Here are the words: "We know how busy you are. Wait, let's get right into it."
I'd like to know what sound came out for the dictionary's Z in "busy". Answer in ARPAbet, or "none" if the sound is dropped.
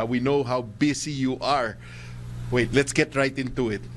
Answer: S